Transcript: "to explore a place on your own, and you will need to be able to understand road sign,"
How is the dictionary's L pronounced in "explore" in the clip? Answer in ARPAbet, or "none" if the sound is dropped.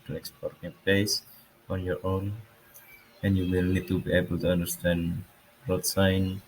none